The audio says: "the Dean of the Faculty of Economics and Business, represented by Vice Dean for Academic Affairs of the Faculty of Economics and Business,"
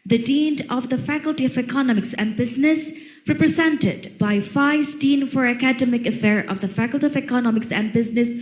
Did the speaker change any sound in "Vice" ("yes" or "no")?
yes